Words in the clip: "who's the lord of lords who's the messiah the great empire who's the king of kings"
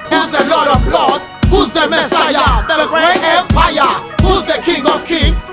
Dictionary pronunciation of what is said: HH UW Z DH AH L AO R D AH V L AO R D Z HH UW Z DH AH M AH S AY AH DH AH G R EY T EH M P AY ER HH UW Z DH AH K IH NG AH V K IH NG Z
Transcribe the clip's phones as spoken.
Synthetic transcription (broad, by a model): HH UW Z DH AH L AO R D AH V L AO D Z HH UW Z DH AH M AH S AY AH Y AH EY EH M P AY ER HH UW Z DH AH K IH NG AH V K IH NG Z